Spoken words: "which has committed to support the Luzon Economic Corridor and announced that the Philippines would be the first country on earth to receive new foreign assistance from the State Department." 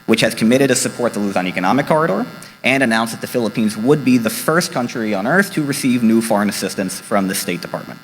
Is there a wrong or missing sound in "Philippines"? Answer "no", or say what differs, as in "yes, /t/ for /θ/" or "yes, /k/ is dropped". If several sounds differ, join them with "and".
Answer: no